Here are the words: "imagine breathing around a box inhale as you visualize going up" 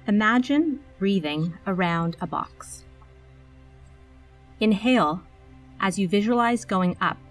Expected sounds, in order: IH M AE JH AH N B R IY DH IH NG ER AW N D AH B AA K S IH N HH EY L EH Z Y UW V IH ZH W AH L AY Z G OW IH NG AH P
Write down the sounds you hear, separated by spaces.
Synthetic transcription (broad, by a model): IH M AE JH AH N B R IY DH IH NG ER AW N D AH B AA K S IH N HH EY L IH Z Y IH V IH ZH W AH L AY Z G OW IH NG AH P